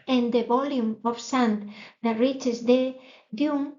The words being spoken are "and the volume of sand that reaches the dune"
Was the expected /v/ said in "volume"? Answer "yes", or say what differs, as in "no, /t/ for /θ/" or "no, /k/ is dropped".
no, /b/ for /v/